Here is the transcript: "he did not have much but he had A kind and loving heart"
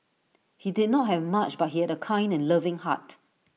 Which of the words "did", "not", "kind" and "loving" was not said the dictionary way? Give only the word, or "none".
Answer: none